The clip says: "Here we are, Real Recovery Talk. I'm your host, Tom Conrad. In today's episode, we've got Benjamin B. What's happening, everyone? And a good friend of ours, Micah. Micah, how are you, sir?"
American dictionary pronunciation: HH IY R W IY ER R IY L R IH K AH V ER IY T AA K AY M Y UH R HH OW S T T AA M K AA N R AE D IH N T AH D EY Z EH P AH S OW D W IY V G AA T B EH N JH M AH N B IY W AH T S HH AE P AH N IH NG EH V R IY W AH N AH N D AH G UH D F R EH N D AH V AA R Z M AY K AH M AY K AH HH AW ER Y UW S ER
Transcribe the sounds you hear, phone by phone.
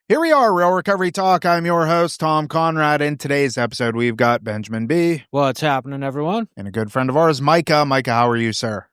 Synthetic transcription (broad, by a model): HH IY R W IY ER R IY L R IH K AH V ER IY T AA K AY M Y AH R HH OW S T T AA M K AA N R AE D IH N T AH D EY Z EH P AH S OW D W IY V G AA T B EH N JH M AH N B IY W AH T S HH AE P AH N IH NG EH V R IY W AH N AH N AH G UH D F R EH N D AH V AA R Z M AY K AH M AY K AH HH AW ER Y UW S ER